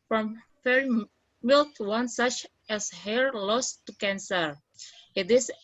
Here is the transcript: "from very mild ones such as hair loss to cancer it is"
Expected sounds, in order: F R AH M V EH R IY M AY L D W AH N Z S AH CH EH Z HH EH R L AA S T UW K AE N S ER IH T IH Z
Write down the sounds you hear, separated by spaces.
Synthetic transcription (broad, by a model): F R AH M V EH R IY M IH L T W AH N S AH CH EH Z HH EH R L AA S T UW K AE N S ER IH T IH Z